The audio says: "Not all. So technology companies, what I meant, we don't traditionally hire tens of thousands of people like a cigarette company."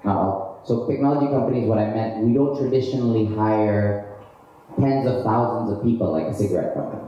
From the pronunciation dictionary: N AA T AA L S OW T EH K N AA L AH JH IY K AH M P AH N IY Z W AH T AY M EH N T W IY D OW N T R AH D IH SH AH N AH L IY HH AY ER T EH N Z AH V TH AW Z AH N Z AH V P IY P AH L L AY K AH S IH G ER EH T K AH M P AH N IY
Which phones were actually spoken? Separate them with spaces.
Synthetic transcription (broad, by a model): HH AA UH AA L S OW T EH K N AA L AH JH IY K AH M P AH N IY Z W AH T AY M EH N T W IY D OW N T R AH D IH SH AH N L IY HH AY ER T EH N Z AH V TH AW Z AH N Z AH V P IY P L L AY K AH S IH G ER EH T K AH M P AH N IY